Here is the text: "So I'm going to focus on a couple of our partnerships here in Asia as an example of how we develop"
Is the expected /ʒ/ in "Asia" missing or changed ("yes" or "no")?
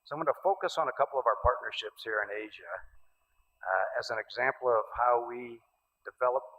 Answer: no